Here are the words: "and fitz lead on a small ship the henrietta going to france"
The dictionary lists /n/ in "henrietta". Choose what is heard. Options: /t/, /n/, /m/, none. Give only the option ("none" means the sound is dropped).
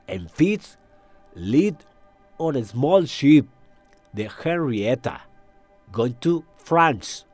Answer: none